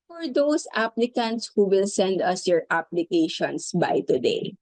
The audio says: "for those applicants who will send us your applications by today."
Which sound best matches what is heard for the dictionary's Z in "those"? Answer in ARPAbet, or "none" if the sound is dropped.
S